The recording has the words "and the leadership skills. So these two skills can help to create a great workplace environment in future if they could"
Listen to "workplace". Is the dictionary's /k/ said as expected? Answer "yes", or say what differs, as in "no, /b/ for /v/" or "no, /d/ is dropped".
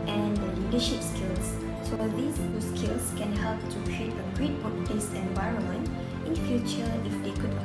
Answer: no, /k/ is dropped